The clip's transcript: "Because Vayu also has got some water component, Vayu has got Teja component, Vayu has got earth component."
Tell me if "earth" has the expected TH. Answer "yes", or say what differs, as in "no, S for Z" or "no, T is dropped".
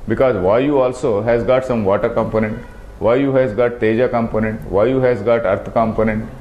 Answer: no, T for TH